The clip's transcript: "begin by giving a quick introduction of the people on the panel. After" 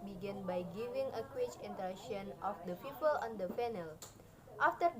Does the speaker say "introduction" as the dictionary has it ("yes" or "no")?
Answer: no